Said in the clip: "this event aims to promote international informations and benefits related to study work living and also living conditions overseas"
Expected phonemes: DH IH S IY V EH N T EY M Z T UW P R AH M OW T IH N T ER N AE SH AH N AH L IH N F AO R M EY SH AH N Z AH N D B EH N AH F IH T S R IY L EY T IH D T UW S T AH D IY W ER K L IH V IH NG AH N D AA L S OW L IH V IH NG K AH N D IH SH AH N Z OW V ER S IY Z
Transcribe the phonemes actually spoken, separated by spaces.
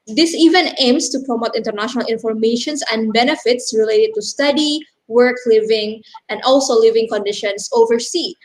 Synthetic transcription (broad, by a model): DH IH S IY V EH N EY M S T UW P R AH M OW T IH N T ER N AE SH AH N AH L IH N F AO R M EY SH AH N S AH N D B EH N AH F IH T S R IY L EY T IH D T UW S T AH D IY W ER K L IH V IH NG AH N D AA L S OW L IH V IH NG K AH N D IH SH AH N S OW V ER S IY